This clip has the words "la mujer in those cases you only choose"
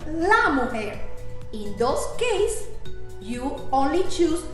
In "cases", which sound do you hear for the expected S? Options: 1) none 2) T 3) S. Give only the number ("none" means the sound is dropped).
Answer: 1